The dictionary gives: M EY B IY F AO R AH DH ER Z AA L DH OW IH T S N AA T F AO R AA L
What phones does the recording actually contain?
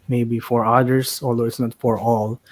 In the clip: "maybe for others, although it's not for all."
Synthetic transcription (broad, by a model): M EY B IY F AO R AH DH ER S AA L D OW IH T S N AA T F AO R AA L